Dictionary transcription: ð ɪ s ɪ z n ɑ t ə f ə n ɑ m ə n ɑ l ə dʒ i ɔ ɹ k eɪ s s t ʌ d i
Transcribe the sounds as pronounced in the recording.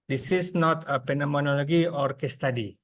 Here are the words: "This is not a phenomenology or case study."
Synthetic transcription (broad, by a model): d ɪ s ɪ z n ɑ t ə p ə n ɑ m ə n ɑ l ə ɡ i ɔ ɹ k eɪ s s t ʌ d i